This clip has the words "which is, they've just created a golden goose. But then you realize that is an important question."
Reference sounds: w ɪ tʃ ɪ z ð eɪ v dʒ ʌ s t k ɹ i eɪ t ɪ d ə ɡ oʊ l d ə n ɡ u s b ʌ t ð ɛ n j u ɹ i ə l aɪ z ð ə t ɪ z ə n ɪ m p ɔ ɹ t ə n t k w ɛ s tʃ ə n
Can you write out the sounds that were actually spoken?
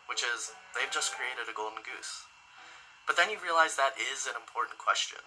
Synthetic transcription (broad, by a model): w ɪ tʃ ɪ z ð eɪ v dʒ ʌ s k ɹ i eɪ t ɪ d ə ɡ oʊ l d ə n ɡ u s b ʌ t ð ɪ n j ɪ ɹ i ə l aɪ z ð ə t ɪ z ə n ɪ m p ɔ ɹ t n k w ɛ s tʃ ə n